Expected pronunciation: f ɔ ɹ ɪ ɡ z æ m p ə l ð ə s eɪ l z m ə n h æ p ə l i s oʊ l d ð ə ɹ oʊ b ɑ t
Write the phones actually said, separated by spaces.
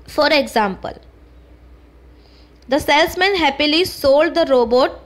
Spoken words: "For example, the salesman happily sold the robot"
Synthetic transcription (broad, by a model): f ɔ ɹ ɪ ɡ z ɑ m p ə l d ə s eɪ l s m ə n h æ p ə l i s oʊ l d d ə ɹ oʊ b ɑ t